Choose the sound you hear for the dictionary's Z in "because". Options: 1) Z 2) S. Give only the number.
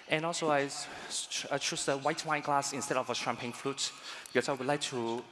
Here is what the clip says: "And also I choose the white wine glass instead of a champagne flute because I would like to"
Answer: 2